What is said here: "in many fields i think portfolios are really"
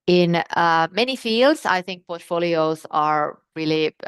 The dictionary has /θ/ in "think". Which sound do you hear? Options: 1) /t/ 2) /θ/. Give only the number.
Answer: 2